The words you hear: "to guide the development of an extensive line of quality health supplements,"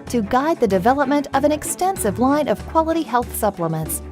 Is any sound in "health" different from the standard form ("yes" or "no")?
no